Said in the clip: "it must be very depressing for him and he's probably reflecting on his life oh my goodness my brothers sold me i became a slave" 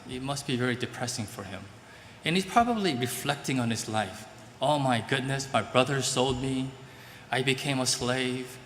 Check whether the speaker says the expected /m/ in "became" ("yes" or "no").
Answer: yes